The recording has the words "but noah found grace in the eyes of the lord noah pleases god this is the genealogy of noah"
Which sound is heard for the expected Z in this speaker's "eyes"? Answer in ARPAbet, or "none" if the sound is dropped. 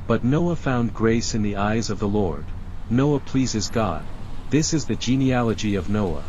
Z